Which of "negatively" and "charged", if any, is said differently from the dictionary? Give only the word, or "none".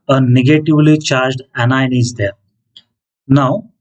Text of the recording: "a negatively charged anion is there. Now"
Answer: none